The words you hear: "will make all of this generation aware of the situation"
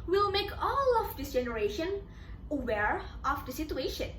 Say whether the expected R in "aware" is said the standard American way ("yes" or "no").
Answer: yes